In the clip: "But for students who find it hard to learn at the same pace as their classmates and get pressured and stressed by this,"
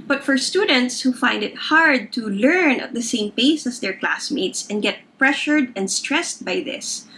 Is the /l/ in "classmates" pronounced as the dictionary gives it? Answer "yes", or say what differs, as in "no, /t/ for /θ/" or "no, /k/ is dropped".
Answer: yes